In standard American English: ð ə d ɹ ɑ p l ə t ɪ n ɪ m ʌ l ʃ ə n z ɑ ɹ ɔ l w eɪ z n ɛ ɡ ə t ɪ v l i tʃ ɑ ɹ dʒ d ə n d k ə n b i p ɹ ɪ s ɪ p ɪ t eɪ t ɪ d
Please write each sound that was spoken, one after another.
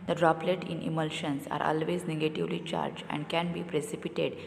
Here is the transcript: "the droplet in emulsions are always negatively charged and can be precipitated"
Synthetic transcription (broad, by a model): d ə d ɹ ɑ p l ə t ɪ n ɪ m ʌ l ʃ ə n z ɑ ɹ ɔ l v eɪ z n ɛ ɡ ə t ɪ v l i tʃ ɑ ɹ dʒ ə n d k ə n b i p ɹ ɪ s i p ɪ t eɪ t d